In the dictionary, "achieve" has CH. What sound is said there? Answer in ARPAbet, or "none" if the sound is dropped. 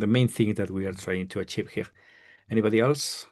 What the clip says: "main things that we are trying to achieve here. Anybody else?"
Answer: CH